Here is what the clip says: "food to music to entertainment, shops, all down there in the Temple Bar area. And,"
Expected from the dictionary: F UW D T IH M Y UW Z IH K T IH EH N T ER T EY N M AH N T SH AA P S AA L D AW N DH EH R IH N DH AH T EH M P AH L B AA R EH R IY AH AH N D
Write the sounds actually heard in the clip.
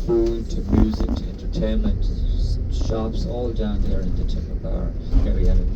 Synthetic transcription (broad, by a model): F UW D T IH M Y UW Z IH K T IH EH N T ER T EY N M AH N T SH AA P S AA L D AW N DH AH R IH N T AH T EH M AH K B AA R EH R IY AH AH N